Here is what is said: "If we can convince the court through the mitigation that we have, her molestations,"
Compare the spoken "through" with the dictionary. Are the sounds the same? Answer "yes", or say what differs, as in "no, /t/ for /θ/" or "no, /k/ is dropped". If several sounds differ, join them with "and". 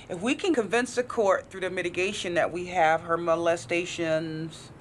yes